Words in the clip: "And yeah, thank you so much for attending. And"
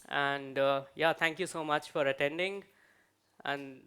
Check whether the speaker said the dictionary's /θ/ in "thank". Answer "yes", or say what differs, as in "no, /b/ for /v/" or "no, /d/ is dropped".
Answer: no, /t/ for /θ/